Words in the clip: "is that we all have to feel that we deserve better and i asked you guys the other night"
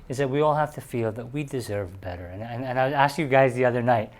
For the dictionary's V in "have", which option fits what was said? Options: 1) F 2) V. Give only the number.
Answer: 1